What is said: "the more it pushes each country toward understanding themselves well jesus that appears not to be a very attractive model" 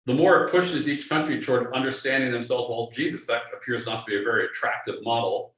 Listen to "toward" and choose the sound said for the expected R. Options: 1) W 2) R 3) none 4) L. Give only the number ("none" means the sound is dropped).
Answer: 2